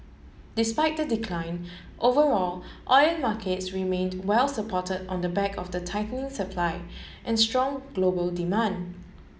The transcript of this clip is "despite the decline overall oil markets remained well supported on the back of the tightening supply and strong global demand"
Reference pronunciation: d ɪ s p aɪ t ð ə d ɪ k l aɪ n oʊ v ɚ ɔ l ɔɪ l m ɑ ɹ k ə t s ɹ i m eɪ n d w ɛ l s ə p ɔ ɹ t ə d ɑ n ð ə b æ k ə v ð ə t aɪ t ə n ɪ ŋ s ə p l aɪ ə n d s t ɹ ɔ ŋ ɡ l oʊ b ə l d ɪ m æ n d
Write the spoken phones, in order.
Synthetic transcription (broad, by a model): d ɪ s p aɪ t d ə d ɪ k l aɪ n oʊ v ɚ ɔ l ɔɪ n m ɑ k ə t s ɹ i m eɪ n d w ɛ l s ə p ɔ t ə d ɑ n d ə b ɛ k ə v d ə t aɪ t ə n ɪ ŋ s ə p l aɪ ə n s t ɹ ɔ ŋ ɡ l oʊ b ə l d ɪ m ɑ n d